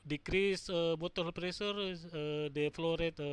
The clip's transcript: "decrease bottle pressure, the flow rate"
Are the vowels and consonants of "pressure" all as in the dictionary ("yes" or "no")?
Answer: no